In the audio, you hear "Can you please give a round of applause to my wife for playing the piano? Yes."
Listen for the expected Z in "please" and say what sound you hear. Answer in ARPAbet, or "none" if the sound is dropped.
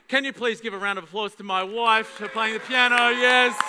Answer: Z